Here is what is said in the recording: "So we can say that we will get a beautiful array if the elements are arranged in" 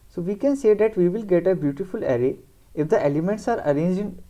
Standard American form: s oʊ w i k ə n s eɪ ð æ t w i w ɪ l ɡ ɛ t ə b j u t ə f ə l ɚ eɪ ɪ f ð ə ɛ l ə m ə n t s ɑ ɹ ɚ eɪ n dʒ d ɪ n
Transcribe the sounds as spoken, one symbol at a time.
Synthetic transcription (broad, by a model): s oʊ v i k ə n s eɪ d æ t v i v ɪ l ɡ ɛ t ə b j u t ə f ə l ɚ eɪ ɪ f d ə ɛ l ə m ə n t s ɑ ɹ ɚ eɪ n dʒ ɪ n